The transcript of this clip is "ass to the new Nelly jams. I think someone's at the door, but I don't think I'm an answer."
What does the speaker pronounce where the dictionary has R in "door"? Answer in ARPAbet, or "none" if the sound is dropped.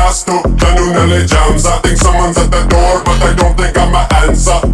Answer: R